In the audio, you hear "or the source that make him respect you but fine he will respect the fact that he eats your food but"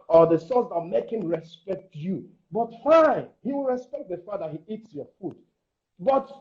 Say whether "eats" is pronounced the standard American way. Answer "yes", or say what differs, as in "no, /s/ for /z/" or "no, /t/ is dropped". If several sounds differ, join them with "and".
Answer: yes